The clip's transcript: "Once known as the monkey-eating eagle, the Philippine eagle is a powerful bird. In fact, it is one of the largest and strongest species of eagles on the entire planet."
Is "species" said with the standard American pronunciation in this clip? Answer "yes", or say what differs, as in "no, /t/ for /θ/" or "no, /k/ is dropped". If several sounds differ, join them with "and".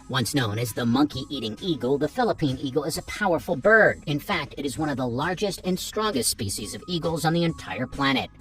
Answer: yes